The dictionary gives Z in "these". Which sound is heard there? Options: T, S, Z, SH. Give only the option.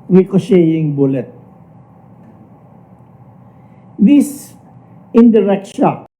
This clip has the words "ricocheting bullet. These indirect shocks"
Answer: S